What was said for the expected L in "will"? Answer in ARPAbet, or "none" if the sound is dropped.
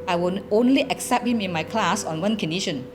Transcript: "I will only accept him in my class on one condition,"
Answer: N